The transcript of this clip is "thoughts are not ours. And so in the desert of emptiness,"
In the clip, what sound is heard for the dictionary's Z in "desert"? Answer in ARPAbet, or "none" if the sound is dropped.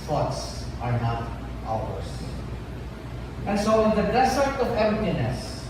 S